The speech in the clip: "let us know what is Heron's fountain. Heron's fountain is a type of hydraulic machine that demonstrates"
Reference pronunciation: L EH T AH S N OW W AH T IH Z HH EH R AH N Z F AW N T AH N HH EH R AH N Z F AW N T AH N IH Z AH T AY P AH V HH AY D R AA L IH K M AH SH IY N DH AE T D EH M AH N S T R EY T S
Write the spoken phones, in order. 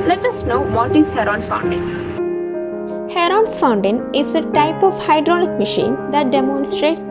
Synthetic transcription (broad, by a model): L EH T AH S N OW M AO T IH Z HH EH R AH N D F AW N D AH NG HH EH R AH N S F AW N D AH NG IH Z AH T AY P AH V HH AY D R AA N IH K M AH SH IY N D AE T D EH M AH N S T R EY T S